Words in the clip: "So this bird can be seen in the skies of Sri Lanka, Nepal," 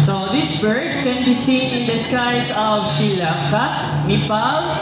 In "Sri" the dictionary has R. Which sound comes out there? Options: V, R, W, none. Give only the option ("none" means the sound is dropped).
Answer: none